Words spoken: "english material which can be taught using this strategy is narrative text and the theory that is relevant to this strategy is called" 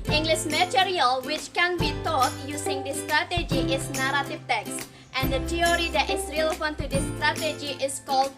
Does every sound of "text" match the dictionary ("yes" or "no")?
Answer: yes